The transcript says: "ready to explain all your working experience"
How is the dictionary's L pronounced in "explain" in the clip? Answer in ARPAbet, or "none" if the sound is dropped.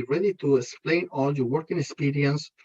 L